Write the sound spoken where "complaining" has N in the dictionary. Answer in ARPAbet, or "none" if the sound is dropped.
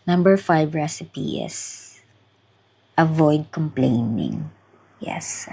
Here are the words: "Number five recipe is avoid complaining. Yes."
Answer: N